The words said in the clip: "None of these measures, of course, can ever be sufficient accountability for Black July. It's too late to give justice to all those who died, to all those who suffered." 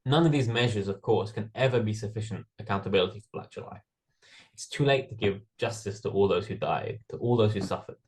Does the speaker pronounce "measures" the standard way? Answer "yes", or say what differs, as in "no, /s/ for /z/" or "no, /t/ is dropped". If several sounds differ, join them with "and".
yes